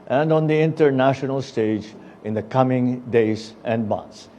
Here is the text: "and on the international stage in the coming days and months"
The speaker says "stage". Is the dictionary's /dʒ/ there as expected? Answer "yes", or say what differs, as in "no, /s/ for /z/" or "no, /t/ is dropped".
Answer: yes